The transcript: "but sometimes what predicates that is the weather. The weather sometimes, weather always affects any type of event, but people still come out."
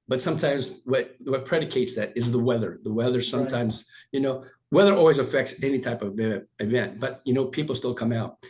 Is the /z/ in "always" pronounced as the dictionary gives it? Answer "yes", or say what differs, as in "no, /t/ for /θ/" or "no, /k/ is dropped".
yes